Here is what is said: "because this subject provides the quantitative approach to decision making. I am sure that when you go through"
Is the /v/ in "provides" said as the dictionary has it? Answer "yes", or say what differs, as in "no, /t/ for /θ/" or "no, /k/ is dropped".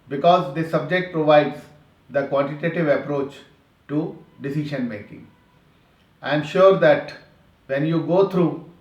yes